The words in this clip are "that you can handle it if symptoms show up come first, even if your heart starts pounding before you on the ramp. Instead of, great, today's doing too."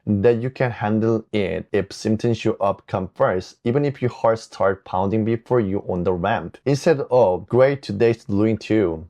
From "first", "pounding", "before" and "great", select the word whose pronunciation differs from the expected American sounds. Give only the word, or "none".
first